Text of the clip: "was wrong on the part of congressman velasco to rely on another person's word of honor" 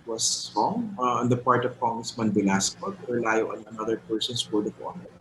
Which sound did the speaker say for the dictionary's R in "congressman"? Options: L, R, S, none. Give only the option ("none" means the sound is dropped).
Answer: none